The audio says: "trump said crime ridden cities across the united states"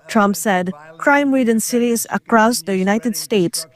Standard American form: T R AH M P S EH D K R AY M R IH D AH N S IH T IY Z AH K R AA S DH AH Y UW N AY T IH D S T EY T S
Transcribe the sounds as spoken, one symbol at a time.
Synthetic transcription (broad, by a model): T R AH M P S EH D K R AY M W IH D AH N S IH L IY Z AH K R AA S DH AH Y UW N AY T IH D S T EY T S